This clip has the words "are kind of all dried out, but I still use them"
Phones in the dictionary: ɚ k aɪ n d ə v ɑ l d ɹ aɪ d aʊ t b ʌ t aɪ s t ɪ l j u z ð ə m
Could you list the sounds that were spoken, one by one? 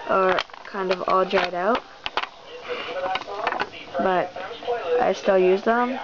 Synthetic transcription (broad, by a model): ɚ k aɪ n d ə v ɑ l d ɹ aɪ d aʊ t b ʌ t aɪ s t ɪ l j u z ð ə m